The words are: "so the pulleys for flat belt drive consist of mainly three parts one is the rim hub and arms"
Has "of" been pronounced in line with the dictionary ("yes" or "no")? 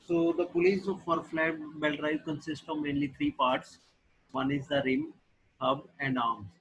yes